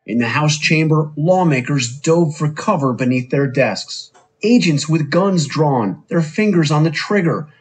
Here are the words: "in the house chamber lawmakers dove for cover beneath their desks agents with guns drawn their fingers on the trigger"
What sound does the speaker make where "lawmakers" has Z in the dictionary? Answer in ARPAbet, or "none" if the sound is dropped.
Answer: Z